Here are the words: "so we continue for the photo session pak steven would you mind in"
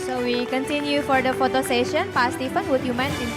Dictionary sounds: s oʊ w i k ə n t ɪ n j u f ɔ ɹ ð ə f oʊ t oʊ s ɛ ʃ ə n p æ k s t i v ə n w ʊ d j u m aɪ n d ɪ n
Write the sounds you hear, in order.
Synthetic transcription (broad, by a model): s oʊ w i k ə n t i n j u f ɔ ɹ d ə f oʊ t oʊ s ɛ ʃ ə n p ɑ s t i p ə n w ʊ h j u m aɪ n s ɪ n